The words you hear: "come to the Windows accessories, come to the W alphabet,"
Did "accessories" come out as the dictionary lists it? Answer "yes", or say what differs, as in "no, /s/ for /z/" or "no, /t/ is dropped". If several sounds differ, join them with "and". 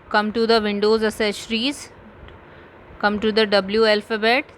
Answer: no, /k/ is dropped